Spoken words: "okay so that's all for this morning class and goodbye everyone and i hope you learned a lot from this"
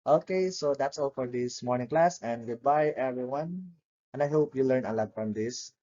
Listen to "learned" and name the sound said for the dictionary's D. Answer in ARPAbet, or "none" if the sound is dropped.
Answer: none